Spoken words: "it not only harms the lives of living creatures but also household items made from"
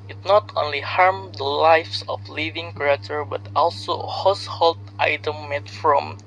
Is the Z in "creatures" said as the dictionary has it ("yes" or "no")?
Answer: no